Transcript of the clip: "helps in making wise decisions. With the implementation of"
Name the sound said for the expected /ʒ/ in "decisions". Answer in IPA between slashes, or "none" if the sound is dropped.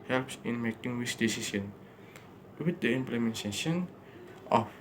/s/